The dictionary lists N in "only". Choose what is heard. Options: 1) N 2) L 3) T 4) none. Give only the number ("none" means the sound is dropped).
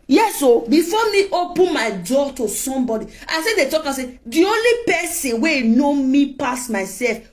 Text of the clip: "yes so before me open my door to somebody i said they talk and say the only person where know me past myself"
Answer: 1